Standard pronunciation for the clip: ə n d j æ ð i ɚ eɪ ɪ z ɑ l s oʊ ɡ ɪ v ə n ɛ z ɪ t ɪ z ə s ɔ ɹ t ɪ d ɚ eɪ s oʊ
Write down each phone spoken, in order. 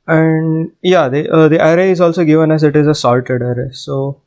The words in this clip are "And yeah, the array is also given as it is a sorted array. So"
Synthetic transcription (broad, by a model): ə n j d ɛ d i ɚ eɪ ɪ z ɑ l s oʊ ɡ ɪ v ə n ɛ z ɪ t ɪ z ə s ɔ l t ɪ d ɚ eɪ s oʊ